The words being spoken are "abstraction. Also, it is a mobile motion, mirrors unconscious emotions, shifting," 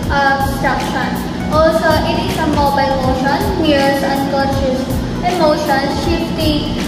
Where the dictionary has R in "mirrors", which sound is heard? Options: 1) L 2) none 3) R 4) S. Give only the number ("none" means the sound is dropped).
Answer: 2